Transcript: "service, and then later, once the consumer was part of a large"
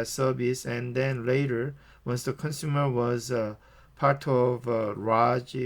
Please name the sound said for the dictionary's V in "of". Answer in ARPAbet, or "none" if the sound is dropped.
V